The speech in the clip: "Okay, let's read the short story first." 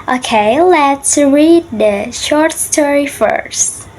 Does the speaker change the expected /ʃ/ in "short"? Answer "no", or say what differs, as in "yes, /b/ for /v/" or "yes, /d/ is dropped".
no